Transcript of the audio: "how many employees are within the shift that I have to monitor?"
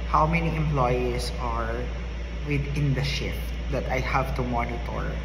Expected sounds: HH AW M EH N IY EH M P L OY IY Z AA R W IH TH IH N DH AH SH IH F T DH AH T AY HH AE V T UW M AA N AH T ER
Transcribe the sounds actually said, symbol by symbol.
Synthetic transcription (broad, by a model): HH AW M EH N IY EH M P L OY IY S AA R W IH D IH N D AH SH IH F T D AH T AY HH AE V T UW M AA N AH T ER